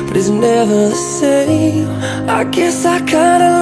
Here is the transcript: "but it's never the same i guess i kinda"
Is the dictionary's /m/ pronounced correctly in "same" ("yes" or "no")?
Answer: no